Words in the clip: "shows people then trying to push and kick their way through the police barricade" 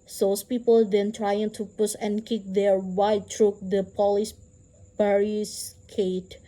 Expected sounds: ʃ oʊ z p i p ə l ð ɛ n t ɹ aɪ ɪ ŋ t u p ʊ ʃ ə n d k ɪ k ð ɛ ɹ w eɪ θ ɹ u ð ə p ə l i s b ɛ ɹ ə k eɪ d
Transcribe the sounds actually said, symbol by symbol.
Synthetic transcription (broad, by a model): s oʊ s p i p ə l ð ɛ n t ɹ aɪ ɪ ŋ t u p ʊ s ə n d k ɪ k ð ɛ ɹ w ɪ t ɹ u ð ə p ə l i s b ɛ ɹ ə k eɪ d